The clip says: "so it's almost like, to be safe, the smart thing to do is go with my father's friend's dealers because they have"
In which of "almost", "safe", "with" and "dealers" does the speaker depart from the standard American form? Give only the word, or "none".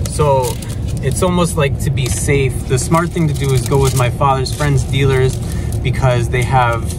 none